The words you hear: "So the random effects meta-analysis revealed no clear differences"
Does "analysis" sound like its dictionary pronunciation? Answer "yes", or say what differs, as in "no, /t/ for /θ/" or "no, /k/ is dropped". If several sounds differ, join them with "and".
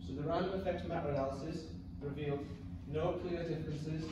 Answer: no, /n/ is dropped